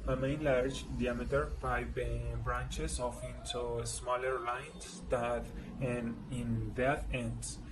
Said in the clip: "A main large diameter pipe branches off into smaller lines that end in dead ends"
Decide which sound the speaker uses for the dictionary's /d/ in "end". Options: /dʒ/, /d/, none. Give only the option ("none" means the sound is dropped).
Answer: none